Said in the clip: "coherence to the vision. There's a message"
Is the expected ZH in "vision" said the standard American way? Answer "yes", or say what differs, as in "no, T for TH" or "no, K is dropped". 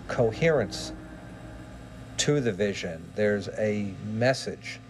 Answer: yes